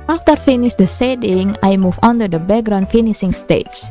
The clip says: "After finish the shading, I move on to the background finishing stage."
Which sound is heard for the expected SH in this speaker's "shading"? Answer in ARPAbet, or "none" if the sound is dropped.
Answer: S